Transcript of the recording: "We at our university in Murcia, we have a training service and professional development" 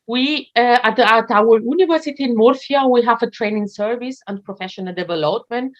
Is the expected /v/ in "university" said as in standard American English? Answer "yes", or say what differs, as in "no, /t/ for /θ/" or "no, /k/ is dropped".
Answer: yes